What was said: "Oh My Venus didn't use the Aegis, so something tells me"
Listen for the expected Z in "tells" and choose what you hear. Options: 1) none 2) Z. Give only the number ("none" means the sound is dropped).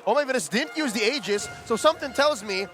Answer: 2